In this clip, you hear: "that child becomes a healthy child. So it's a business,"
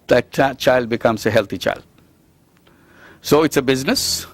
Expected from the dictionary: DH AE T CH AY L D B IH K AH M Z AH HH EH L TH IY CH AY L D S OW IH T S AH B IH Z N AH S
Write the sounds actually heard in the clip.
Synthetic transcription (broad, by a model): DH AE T CH AY L D B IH K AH M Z AH HH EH L T IY CH AY L D S OW IH T S AH B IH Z N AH S